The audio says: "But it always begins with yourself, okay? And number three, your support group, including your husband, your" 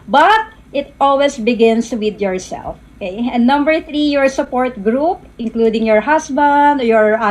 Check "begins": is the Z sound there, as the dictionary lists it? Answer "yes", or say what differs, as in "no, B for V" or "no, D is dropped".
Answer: no, S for Z